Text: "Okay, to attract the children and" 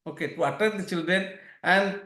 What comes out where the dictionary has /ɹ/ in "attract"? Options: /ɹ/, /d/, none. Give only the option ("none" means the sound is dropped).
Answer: none